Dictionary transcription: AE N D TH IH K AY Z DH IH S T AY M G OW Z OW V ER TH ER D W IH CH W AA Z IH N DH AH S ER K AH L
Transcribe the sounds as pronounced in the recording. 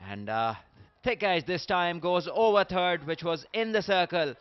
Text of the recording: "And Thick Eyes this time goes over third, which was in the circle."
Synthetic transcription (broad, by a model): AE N D T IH K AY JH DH IH S T AY M G OW Z OW V ER T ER D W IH CH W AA Z IH N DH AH S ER K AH L